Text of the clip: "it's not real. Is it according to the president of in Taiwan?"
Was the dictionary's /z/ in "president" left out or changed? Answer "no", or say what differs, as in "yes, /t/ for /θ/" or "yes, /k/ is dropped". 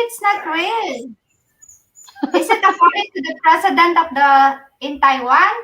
yes, /s/ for /z/